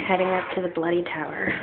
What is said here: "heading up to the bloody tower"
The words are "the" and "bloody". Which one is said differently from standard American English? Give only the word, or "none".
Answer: none